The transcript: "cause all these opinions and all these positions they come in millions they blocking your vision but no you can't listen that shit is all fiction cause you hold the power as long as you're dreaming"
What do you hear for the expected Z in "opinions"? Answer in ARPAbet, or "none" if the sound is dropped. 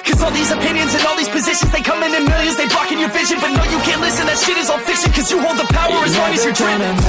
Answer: Z